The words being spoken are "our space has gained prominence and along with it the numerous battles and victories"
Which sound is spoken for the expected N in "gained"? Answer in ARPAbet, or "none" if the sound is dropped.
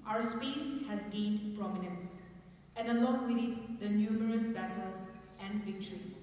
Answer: N